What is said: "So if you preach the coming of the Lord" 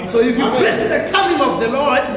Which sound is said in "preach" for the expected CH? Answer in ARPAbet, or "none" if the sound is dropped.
S